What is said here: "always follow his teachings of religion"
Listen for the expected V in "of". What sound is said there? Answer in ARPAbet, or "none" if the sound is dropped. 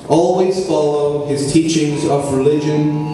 V